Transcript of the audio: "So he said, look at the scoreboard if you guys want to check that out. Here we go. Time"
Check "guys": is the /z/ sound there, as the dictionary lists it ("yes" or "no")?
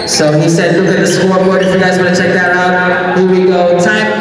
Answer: yes